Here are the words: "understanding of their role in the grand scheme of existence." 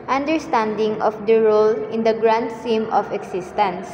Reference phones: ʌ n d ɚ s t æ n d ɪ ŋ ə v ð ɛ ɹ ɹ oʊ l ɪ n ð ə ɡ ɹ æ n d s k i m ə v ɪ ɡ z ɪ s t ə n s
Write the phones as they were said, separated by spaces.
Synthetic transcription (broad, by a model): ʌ n d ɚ s t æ n d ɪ ŋ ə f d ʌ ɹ ɹ oʊ l ɪ n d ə ɡ ɹ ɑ n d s i m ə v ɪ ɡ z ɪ s t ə n s